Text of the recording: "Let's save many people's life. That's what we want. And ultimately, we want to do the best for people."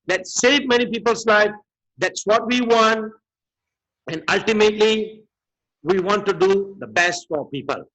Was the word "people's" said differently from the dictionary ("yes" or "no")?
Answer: yes